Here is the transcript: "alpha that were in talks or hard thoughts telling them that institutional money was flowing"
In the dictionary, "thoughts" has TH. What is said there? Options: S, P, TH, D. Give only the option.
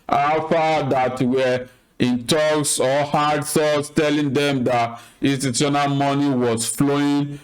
S